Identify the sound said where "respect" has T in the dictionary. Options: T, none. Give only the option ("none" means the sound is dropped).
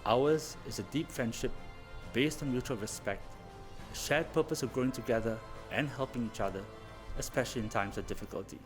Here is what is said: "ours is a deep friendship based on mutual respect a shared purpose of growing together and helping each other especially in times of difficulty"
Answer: T